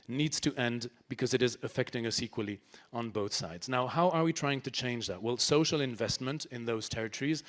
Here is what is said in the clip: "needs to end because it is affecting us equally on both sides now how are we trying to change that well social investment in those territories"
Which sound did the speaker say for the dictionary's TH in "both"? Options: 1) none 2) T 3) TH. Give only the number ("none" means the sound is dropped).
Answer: 3